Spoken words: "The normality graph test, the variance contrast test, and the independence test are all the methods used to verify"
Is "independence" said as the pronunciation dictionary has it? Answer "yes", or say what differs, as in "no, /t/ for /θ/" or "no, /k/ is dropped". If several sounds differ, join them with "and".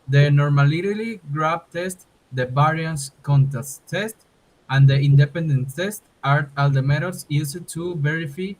no, /s/ is dropped